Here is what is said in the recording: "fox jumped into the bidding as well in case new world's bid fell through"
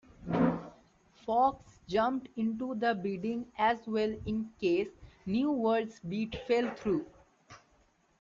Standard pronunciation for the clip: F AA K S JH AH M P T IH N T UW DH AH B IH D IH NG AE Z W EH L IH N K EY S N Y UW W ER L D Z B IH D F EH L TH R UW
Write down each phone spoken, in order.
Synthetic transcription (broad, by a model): F AA K S JH AH M P T IH N T UW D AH B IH D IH NG AE Z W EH L IH N K EY S N Y UW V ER D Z B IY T F EH L T R UW